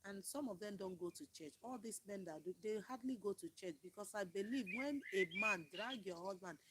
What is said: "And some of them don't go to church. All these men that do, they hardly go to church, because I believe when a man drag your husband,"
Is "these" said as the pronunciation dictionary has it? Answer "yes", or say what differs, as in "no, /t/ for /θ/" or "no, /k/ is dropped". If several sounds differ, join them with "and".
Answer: no, /s/ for /z/